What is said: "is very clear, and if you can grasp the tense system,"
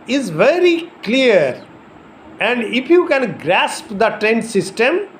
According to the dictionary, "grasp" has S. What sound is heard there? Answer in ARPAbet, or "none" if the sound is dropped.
S